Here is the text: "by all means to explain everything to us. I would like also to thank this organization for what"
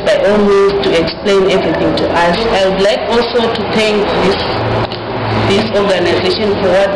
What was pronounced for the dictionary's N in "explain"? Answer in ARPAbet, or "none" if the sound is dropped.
N